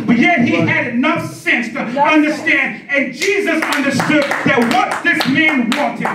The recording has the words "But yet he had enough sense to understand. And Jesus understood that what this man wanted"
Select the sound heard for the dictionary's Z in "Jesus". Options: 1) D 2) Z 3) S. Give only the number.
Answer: 2